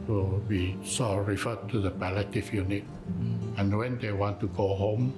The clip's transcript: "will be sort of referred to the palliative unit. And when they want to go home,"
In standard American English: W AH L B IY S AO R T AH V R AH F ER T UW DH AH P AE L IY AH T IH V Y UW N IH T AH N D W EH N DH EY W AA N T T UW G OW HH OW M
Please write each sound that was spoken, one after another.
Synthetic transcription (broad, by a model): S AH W IY S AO R AH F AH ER T UW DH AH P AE L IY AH T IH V Y UW N IH T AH N W EH N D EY W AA N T T UW G OW HH OW M